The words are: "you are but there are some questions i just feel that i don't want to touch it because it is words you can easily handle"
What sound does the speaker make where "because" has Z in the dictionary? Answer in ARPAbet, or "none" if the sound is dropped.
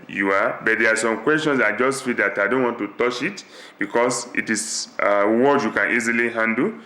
S